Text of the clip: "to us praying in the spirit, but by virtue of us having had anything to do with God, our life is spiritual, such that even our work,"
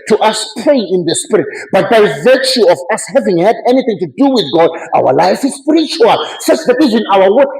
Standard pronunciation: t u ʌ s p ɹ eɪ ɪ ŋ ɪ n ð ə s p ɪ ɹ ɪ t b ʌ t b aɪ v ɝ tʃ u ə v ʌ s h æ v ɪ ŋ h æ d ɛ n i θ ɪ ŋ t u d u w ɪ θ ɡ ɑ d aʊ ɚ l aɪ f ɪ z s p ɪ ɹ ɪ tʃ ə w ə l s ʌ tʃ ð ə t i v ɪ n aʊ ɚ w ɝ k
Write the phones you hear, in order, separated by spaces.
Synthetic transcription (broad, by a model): t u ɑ s p eɪ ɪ ɪ n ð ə s p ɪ ɹ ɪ t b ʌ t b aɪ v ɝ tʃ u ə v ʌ s h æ v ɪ ŋ h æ d ɛ n i θ ɪ ŋ t u d u w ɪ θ ɡ ɑ d aʊ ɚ l aɪ f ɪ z s p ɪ ɹ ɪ tʃ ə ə l s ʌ s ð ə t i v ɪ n aʊ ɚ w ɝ